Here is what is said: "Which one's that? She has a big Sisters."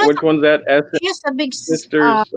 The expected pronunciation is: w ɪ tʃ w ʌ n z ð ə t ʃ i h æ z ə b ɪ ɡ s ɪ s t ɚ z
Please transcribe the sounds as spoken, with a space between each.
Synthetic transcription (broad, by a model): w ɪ tʃ w ʌ n z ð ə t s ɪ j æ s ə b ɪ ɡ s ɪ s t ɚ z